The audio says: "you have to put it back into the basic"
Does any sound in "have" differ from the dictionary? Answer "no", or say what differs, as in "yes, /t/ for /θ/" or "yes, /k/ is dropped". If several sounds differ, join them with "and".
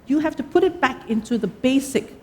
yes, /f/ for /v/